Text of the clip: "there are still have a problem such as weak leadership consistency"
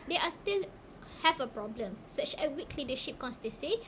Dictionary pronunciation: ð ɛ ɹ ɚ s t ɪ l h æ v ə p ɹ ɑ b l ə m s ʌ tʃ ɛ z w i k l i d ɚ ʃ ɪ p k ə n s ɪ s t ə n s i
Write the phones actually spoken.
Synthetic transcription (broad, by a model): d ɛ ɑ s t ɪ l h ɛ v ə p ɹ ɑ b l ə m s ʌ tʃ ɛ s w i k l i d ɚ ʃ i p k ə n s s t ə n s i